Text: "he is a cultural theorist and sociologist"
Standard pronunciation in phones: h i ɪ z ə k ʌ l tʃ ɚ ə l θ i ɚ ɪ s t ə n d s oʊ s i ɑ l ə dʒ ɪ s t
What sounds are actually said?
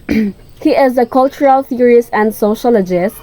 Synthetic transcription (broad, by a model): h i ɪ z ə k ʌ l tʃ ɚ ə l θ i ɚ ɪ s ə n d s oʊ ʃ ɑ l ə dʒ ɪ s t